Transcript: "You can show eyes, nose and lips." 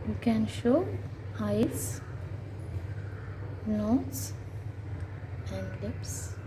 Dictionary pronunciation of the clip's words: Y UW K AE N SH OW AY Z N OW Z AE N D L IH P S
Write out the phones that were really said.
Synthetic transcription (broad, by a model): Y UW K AE N SH OW AY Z N OW S AE N D L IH P S